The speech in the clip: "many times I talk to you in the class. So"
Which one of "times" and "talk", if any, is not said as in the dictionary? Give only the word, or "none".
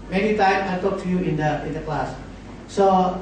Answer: times